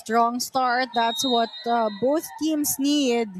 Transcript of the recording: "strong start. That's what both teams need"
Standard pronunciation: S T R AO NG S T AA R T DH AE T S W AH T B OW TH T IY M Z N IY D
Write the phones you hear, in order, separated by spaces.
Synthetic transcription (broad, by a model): T R AO NG S T AA R T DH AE T S W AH T B OW TH T IY M S N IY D